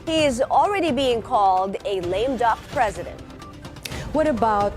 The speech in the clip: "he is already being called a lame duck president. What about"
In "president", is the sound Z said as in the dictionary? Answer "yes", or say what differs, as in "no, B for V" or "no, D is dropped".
yes